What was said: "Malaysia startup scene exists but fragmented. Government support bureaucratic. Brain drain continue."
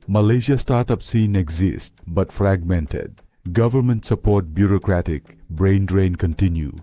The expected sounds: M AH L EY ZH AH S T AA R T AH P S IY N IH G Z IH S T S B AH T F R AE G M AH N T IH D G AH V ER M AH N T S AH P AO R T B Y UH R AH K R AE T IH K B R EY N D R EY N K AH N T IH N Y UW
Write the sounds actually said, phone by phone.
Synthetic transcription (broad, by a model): M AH L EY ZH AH S T AA R T AH P S IY N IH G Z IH S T B AH T F R AE G M AH N T IH D G AH V ER M AH N T S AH P AO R T B Y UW R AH K R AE T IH K B R EY N D R EY N K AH N T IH N Y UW